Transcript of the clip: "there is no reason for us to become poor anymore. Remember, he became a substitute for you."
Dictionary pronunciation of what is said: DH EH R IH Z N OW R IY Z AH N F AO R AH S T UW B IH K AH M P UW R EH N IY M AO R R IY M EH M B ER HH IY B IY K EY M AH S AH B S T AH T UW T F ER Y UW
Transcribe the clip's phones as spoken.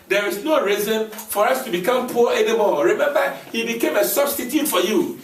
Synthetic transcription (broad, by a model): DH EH R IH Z N OW R IY Z AH N F AO R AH S T UW B IH K AH M P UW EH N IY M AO L R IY M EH M B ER HH IY B IY K EY M AH S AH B S T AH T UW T F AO Y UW